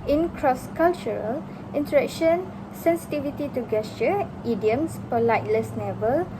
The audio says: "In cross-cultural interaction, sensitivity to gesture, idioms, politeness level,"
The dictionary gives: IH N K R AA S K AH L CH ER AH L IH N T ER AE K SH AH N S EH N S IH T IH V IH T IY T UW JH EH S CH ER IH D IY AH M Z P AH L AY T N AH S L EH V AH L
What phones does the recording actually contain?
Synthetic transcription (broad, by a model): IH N K R AA S K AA L CH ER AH L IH N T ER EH K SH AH N S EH N S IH T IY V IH T IY T UW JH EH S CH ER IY D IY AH M S P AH L AY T L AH S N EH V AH L